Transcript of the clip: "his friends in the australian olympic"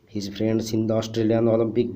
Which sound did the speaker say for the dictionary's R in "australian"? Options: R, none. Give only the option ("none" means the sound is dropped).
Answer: R